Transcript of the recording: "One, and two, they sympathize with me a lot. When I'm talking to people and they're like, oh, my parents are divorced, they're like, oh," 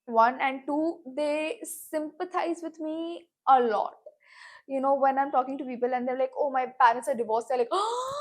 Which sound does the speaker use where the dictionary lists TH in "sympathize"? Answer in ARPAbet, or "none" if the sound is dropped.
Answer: T